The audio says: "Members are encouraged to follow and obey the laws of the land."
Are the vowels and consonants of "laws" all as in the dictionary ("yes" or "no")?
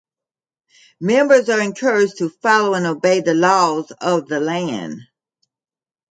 yes